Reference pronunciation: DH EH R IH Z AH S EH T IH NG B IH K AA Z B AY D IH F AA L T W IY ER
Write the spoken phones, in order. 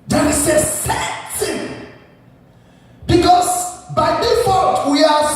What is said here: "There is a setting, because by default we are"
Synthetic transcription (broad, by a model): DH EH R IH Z AH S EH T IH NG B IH K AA S B AY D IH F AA T W IY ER